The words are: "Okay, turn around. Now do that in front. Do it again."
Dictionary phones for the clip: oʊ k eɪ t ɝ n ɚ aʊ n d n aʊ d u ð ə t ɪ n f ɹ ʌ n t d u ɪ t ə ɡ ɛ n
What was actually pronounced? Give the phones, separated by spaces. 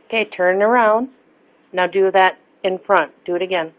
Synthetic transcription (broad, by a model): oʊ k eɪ t ɝ n ɚ aʊ n d n aʊ d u ð ə t ɪ n f ɹ ʌ n t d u ɪ t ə ɡ ɛ n